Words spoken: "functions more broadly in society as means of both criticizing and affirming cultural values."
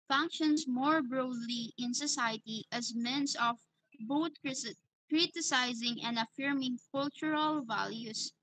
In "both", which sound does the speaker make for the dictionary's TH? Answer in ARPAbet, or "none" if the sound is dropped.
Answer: T